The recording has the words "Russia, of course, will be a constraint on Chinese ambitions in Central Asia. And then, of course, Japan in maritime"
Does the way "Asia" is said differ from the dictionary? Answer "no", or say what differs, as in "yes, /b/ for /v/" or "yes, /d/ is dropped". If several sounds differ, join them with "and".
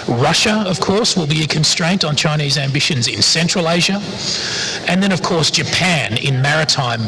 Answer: no